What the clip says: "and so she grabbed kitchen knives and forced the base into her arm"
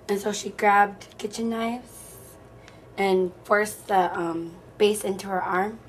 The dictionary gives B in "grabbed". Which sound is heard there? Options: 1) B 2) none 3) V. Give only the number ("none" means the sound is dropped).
1